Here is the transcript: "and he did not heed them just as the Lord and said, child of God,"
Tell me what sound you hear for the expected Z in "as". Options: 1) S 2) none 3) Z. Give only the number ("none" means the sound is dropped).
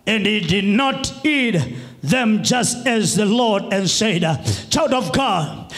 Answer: 3